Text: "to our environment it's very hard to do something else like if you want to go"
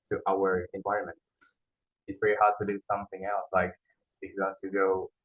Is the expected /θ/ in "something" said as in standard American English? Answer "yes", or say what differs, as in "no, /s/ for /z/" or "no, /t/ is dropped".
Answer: yes